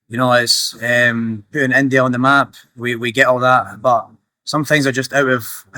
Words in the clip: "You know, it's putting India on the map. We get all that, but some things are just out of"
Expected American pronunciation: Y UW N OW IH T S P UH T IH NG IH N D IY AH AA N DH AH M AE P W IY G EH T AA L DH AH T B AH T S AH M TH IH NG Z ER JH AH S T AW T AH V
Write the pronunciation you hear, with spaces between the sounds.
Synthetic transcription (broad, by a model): Y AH N OW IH T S P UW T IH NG IH N D IY AH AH N DH AH M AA P W IY G EH T AA L DH AH T B AH T S AH M TH IH NG Z ER JH AH S T AW T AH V